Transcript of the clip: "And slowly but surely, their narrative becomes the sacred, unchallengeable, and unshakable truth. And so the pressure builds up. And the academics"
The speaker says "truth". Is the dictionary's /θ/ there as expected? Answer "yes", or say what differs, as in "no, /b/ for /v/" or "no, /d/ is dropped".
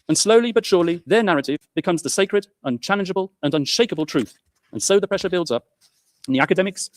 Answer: yes